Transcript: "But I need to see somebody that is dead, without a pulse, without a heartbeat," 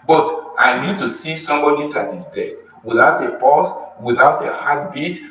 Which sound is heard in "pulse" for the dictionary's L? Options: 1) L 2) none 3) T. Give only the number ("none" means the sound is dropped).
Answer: 2